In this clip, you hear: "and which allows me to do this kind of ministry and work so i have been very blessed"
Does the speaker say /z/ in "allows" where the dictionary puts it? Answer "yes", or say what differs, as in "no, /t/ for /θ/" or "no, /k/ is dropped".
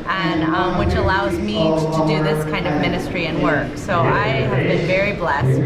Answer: yes